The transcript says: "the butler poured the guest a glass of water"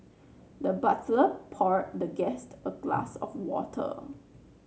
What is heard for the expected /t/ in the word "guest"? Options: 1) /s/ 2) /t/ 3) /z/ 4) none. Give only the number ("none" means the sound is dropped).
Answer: 2